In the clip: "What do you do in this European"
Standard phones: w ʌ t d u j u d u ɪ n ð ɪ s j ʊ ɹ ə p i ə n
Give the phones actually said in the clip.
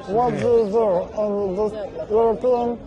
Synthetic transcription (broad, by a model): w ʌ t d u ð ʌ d ɪ n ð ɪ j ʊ ɹ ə p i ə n